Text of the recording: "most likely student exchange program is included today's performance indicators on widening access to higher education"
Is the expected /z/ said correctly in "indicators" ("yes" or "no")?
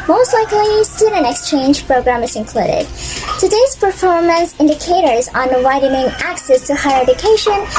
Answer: yes